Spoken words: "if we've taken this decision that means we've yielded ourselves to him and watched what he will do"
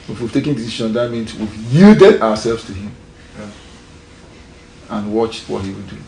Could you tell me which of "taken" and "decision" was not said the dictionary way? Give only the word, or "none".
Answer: decision